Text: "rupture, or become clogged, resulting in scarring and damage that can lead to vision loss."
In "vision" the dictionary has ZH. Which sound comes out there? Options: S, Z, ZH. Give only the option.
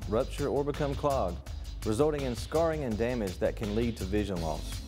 ZH